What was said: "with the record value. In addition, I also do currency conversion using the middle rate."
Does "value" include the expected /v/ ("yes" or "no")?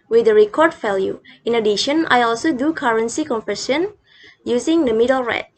no